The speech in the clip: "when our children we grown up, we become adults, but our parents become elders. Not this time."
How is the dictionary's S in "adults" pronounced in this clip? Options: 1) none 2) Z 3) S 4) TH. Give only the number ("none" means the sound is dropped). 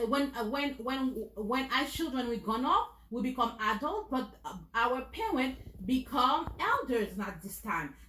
1